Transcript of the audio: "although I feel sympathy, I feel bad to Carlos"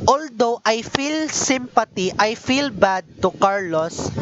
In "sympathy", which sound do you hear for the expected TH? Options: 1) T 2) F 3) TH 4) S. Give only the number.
1